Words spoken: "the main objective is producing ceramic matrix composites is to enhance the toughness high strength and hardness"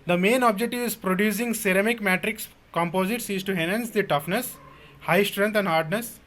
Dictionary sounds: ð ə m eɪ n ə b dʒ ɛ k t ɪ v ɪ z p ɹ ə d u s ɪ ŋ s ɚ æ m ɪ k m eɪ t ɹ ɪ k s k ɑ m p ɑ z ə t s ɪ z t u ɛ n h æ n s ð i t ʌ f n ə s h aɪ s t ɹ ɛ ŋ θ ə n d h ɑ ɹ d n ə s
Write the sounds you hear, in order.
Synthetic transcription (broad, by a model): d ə m eɪ n ə b dʒ ɛ k t ɪ v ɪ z p ɹ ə d u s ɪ ŋ s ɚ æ m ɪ k m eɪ t ɹ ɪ k s k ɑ m p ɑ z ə t s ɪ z t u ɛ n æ n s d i t ʌ f n ə s h aɪ s t ɹ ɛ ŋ t ə n d h ɑ ɹ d n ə s